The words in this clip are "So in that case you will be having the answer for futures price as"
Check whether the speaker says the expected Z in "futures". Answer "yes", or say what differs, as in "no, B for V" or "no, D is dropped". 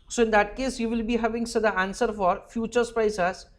no, S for Z